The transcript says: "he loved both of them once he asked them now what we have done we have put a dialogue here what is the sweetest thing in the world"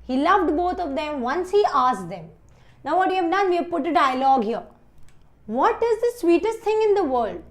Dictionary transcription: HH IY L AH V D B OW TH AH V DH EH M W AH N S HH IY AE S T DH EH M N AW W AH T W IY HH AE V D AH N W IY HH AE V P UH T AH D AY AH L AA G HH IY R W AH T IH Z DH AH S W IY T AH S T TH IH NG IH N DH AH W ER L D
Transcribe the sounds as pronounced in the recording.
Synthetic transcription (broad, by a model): HH IY L AH V D B OW T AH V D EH M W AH N S HH IY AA S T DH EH M N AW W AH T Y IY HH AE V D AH N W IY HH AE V P UH T AH D AY AH L AA G HH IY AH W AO T IH Z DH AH S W IY T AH S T T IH NG IH N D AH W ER L D